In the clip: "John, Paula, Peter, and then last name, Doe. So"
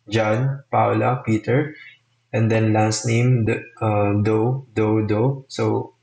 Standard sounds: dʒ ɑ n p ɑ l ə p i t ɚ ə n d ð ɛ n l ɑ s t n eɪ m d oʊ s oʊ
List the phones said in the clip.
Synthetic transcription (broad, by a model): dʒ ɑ n p ɑ l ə p i t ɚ ə n d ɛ n l ɑ s t n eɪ m d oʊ s oʊ